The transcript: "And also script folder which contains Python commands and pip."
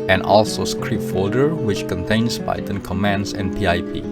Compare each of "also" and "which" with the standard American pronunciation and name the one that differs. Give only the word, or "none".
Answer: none